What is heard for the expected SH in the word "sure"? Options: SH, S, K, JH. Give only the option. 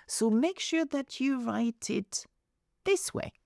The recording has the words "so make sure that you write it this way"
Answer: SH